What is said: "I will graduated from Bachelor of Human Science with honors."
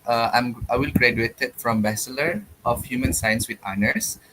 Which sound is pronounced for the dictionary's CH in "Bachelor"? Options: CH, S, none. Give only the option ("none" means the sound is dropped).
S